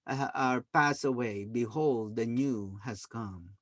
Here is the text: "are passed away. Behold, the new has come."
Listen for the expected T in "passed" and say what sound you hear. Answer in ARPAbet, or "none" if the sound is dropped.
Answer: none